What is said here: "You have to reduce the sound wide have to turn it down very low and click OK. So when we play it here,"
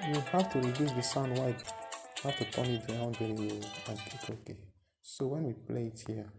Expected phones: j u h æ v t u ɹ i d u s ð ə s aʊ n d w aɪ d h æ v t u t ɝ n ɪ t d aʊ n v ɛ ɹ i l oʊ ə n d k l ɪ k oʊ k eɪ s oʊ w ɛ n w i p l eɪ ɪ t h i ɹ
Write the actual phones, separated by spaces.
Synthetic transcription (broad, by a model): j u h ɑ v t u ɹ i d u s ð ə s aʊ n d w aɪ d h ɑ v t u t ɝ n ɪ t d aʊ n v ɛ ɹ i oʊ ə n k ɪ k oʊ k eɪ s oʊ w ɛ n w i p l eɪ ɪ t h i